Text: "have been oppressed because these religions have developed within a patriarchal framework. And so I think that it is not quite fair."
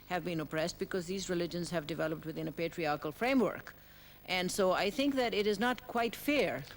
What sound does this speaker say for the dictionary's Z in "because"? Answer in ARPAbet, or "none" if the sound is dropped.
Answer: Z